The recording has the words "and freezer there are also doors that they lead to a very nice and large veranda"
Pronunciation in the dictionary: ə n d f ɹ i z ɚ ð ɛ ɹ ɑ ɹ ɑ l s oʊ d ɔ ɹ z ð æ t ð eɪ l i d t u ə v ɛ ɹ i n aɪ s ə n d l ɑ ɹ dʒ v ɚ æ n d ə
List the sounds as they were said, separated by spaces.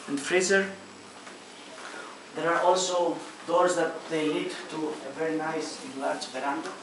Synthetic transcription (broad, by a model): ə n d f ɹ i z ɚ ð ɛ ɹ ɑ ɹ ɑ l s oʊ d ɔ ɹ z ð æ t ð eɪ n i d t u ə v ɛ ɹ i n aɪ s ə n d l ɑ ɹ dʒ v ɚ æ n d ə